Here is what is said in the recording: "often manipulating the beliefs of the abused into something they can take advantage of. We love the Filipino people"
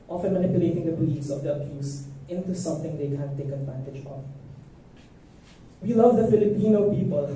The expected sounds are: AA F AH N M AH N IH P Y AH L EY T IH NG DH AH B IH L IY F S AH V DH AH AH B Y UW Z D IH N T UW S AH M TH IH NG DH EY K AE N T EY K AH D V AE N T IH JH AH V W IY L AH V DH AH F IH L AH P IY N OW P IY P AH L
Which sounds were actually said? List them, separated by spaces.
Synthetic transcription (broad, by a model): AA F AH N M AH N IH P Y AH L EY T IH NG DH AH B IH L IY S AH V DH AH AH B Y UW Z IH N T UW S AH M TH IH NG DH EY K AE N T EY K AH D V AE N T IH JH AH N W IY L AH V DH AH F IH L AH P IY N OW P IY P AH L